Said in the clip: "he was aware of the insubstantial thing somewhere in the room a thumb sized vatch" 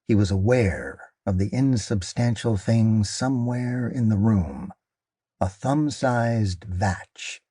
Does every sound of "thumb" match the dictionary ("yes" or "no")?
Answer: yes